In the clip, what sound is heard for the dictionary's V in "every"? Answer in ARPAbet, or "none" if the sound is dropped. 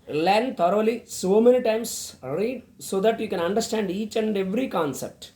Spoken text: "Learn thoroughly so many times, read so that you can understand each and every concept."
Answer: V